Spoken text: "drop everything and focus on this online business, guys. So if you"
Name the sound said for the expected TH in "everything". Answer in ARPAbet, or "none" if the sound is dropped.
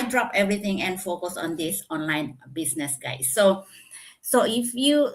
T